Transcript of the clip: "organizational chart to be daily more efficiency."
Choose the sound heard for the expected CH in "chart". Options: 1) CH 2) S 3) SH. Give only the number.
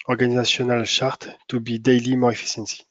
3